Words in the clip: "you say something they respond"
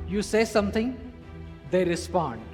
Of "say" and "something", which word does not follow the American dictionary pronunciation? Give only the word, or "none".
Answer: something